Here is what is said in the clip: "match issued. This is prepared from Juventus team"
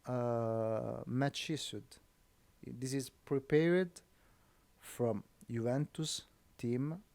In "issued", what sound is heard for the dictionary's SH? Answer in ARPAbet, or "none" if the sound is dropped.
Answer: S